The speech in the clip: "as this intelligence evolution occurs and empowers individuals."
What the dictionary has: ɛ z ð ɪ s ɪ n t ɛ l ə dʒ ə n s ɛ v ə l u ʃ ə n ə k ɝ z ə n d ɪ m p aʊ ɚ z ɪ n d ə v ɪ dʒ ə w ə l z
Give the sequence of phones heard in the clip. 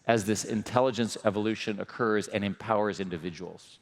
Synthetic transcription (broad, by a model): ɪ z ð ɪ s ɪ n t ɛ l ə dʒ ə n s ɛ v ə l u ʃ ə n ə k ɝ z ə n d ɪ m p aʊ ɚ z ɪ n d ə v ɪ dʒ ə w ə l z